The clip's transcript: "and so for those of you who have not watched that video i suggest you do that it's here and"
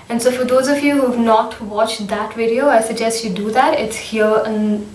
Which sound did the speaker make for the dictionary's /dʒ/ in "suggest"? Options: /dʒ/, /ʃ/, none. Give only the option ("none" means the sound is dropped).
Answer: /dʒ/